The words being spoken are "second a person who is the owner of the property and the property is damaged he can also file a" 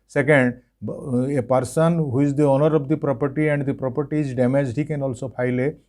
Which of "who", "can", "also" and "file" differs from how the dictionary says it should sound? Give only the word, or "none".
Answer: file